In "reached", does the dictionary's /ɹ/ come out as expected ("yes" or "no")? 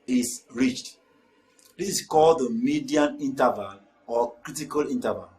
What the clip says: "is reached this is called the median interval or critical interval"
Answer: yes